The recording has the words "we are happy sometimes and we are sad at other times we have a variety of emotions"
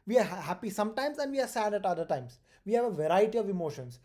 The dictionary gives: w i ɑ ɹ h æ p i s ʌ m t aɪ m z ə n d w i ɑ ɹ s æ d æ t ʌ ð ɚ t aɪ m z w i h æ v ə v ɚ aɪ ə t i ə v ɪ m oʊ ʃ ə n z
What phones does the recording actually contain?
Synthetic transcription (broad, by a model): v i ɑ ɹ h æ p i s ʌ m t aɪ m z ə n d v i ɑ ɹ s æ d æ t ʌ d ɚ t aɪ m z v i h æ v ə v ɚ aɪ ə t i ə v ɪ m oʊ ʃ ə n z